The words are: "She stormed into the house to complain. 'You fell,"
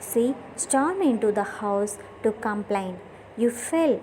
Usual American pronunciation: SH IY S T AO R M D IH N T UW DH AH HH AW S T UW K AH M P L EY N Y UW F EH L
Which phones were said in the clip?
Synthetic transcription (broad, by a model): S IY S T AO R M IH N T UW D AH HH AW S T UW K AH M P L EY N Y UW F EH L